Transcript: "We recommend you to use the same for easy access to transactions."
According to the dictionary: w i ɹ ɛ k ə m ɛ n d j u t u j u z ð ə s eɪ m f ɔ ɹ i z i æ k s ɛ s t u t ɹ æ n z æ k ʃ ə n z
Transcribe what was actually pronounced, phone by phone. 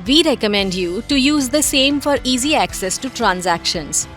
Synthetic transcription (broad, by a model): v i ɹ ɛ k ə m ɛ n d j u t u j u z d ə s eɪ m f ɔ ɹ i z i æ k s ɛ s t u t ɹ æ n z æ k ʃ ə n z